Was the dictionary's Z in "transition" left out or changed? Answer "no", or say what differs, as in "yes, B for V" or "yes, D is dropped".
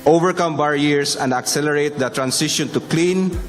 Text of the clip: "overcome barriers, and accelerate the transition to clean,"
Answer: yes, S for Z